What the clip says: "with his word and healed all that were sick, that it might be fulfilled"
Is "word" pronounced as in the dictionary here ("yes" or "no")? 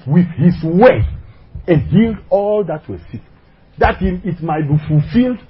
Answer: no